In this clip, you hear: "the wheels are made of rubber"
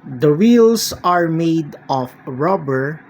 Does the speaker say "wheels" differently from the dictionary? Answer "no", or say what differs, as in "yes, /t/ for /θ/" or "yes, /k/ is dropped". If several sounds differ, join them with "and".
yes, /s/ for /z/